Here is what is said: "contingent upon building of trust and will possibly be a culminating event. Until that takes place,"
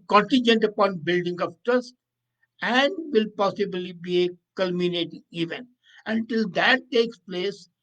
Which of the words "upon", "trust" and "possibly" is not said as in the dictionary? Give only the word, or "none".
trust